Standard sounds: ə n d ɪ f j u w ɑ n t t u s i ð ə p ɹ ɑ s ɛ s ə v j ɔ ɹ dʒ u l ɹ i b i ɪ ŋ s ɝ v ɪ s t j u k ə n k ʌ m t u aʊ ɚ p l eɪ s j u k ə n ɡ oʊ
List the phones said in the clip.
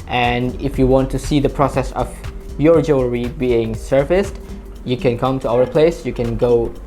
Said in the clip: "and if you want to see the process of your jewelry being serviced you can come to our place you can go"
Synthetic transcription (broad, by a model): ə n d ɪ f j u w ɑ n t t u s i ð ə p ɹ ɑ s ɛ s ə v j ɔ ɹ dʒ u ɹ i b i ɪ ŋ s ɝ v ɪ s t j u k ə n k ʌ m t u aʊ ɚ p l eɪ s j u k ə n ɡ oʊ